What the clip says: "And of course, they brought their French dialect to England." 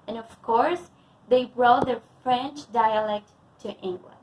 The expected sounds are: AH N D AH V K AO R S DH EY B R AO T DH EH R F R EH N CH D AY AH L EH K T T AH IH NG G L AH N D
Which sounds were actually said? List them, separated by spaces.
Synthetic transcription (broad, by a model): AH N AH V K AO R S DH EY B R AO T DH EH R F R EH N CH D AY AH L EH K T T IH NG G L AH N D